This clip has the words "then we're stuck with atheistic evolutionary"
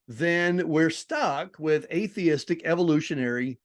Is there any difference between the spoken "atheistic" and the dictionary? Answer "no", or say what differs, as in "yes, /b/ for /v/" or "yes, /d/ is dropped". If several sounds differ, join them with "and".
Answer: no